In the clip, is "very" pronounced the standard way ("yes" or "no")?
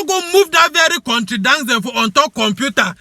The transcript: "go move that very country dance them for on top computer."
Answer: yes